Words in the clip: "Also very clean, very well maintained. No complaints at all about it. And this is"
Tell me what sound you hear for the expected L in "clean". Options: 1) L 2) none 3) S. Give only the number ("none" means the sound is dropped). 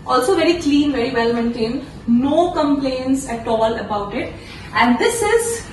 1